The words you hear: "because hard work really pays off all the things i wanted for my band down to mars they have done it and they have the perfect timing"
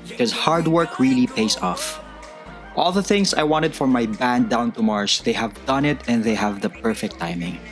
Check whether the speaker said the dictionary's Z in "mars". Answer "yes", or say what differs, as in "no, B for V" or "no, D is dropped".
no, S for Z